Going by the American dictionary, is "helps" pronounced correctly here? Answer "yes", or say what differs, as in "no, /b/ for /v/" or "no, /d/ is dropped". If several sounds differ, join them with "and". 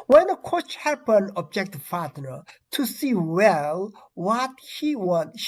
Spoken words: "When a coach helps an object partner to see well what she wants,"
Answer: no, /l/ is dropped and /s/ is dropped